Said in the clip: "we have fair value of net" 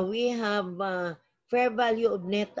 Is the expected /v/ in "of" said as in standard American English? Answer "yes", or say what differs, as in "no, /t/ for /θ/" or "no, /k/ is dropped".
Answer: no, /b/ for /v/